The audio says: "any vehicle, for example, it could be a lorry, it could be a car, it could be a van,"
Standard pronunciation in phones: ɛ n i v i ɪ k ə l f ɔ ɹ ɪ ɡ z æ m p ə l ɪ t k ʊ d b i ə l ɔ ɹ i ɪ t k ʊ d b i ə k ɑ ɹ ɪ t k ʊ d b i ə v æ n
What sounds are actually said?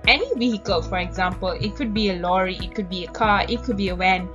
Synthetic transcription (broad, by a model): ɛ n i w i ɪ k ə l f ɔ ɹ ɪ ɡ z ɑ m p ə l ɪ t k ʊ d b i ə l ɔ ɹ i ɪ t k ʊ d b i ə k ɑ ɪ t k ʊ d b i ə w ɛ n